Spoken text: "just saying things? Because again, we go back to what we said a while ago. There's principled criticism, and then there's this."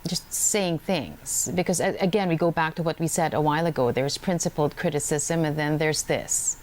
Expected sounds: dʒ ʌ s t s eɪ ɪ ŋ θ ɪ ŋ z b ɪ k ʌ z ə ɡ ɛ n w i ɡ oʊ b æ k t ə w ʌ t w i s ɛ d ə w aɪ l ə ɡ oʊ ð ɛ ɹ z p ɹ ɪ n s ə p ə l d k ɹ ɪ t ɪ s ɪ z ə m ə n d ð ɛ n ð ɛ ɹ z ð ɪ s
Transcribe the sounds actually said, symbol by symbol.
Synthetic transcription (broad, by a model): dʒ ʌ s t s eɪ ɪ ŋ θ ɪ ŋ z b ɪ k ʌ z ə ɡ ɛ n w i ɡ oʊ b æ k t ə w ʌ t w i s ɛ d ə w aɪ l ə ɡ oʊ ð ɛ ɹ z p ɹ ɪ n s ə p l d k ɹ ɪ t ɪ s ɪ z ə m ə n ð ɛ n ð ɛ ɹ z ð ɪ s